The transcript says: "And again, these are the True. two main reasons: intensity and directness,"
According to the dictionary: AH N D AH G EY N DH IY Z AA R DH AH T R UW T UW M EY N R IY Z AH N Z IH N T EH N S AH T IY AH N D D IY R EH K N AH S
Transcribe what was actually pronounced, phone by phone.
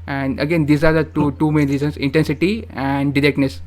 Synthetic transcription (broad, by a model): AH N D AH G EY N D IY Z AA R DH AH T UW T UW M EY N R IY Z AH N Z IH N T EH N S AH T IY AH N D D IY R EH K N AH S